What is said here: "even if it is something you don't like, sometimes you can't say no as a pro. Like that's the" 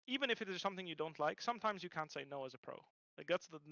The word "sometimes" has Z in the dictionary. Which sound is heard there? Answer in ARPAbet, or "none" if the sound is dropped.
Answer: Z